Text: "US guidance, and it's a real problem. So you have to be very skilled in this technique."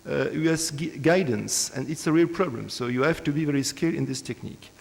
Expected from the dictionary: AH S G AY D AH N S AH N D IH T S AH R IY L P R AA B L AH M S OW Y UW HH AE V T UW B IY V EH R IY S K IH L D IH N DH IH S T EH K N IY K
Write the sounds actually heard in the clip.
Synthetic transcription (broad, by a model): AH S G AY D AH N S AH N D IH T S AH R IY L P R AA B L AH M S OW Y UW HH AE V T UW B IY V EH R IY S K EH D IH N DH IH S T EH K N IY K